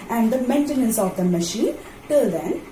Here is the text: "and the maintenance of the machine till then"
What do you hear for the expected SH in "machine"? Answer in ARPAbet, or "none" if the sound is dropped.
SH